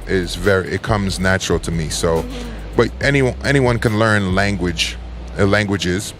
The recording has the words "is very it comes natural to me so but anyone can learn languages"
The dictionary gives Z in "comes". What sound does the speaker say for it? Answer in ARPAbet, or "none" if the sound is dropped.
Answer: Z